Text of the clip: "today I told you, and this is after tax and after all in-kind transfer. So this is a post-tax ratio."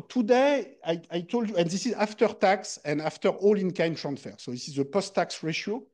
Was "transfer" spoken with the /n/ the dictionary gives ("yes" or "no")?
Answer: yes